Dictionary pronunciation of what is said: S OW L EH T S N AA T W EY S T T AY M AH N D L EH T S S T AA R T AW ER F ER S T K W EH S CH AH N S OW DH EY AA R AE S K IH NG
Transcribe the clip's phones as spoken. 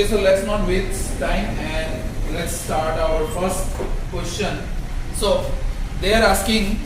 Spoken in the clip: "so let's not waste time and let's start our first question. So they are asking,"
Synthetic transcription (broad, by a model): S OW L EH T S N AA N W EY T T AY M AH N D L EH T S S T AA R T AW ER F ER S T K W EH S CH AH N S OW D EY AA R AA S K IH NG